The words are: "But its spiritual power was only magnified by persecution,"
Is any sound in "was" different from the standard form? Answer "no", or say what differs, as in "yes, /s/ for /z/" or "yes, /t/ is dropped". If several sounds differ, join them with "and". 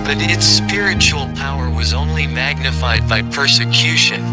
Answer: no